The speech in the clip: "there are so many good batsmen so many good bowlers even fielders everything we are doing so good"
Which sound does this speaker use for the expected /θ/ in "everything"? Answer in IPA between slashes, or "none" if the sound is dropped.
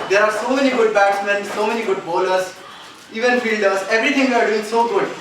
/t/